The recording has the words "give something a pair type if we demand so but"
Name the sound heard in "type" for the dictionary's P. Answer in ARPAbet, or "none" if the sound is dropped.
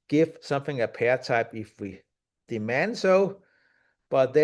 P